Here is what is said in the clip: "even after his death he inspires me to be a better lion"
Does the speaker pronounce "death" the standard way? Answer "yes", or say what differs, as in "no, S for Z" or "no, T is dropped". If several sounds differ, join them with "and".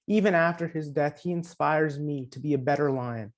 yes